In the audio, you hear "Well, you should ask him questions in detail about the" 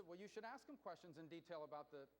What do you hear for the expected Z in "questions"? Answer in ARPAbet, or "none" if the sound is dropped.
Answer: Z